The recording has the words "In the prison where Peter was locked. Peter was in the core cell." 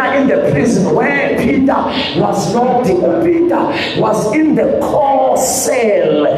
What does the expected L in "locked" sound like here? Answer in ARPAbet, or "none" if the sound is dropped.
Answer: N